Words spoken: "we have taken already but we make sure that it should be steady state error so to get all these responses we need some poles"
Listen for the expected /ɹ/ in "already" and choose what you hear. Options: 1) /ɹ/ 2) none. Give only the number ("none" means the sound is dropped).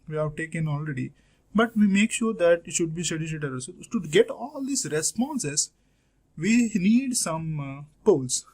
1